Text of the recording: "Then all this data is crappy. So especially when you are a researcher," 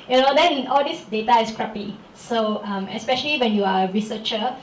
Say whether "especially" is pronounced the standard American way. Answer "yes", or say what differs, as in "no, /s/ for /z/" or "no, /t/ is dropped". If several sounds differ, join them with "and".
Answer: yes